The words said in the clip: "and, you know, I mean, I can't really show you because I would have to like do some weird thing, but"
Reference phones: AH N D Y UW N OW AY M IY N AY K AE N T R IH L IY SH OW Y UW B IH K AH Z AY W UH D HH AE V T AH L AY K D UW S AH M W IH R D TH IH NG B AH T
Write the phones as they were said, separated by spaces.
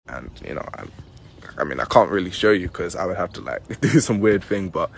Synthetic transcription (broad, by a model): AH N Y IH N OW AY M IY N AY K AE N T R IH L IY SH OW Y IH K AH Z AY W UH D HH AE F T AH L AY K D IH S AH M W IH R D TH IH NG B AH T